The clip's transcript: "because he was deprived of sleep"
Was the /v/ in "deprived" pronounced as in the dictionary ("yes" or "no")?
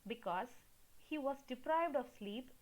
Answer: yes